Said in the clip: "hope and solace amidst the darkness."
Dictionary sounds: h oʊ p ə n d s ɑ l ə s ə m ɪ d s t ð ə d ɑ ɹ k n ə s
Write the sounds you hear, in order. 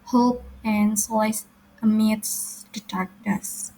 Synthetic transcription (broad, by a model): h oʊ p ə n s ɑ ə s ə m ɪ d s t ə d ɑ ɹ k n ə s